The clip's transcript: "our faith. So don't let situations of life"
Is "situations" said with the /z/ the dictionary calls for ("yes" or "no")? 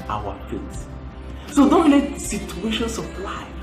no